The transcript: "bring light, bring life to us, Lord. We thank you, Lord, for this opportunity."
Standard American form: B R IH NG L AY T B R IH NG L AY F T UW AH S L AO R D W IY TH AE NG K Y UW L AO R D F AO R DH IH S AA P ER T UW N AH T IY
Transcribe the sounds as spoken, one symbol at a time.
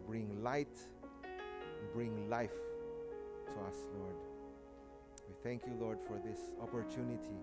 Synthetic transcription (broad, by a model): B R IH NG L AY T B R IH NG L AY F T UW AH S L AO R D W IY TH AE NG K Y UW L AO R D F AO R DH IH S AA P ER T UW N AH T IY